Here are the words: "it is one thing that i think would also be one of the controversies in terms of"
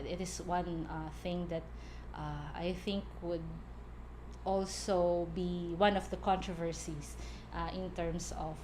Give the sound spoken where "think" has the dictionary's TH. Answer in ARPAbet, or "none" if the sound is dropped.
TH